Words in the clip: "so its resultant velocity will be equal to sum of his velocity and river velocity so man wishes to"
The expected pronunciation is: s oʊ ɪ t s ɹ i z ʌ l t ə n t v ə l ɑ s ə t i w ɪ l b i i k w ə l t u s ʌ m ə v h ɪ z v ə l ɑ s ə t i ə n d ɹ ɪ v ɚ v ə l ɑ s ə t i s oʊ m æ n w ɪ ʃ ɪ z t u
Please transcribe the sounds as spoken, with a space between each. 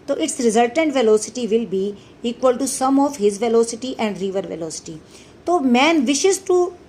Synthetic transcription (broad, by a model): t oʊ ɪ t s ɹ i z ʌ l t ə n t v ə l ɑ s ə t i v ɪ l b i i k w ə l t u s ʌ m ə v h ɪ z v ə l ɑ s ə t i ə n d ɹ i v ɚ v ə l ɑ s ə t i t oʊ m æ n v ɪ ʃ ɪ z t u